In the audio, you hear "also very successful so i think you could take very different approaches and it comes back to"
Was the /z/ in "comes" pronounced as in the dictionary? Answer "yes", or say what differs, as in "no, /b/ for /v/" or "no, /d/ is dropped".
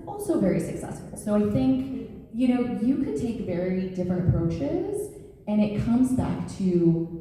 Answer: yes